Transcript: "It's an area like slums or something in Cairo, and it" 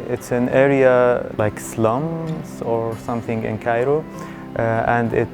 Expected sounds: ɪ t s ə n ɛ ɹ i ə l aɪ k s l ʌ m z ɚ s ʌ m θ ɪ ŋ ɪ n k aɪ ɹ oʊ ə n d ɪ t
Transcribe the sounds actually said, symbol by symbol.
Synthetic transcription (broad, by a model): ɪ t s ə n ɛ ɹ i ə l aɪ k s l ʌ m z ɚ s ʌ m θ ɪ ŋ ɪ n k aɪ ɹ oʊ ə n d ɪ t